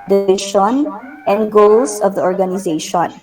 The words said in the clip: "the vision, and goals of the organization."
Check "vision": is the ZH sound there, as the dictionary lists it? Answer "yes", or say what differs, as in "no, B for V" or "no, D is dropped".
no, SH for ZH